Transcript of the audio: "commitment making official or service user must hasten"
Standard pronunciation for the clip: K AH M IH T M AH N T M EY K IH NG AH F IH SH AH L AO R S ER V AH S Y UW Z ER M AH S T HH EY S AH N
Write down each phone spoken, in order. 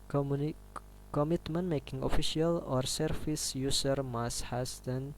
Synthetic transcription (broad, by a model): K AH M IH T M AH N M EY K IH NG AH F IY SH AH L AO R S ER F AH S Y UW S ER M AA S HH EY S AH N